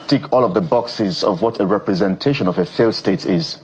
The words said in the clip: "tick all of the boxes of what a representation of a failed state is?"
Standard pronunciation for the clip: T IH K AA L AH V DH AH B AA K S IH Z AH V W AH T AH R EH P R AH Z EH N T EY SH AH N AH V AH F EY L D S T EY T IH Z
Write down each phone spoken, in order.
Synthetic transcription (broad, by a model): T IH K AA L AH V DH AH B AA K S IH Z AH V W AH T AH R EH P R AH Z EH N T EY SH AH N AH V AH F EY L S T EY T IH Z